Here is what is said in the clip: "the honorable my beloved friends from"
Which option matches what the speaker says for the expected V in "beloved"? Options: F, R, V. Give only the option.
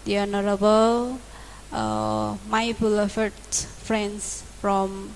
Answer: F